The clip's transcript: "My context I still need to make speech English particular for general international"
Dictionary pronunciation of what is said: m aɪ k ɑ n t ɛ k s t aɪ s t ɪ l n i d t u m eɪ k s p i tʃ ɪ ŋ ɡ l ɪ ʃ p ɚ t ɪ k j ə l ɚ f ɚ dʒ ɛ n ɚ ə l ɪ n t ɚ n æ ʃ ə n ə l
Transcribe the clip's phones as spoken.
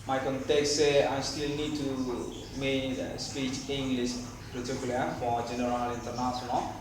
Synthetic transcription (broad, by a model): m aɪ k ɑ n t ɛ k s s aɪ s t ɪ l n i d t u m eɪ s p i tʃ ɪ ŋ ɡ l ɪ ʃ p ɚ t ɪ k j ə l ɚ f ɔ dʒ ɛ n ɚ ə l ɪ n t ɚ n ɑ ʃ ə n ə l